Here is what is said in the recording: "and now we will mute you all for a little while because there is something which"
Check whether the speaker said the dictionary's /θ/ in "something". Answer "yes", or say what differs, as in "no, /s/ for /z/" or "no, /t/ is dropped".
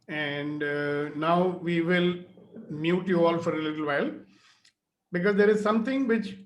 no, /t/ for /θ/